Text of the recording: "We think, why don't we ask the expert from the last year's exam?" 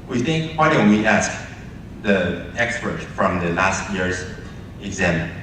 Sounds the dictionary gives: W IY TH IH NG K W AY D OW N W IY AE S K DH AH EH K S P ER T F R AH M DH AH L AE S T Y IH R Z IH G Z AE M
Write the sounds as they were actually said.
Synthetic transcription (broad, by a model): W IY TH IH NG K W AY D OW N W IY AE S K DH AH EH K S P ER T F R AH M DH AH L AE S T Y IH R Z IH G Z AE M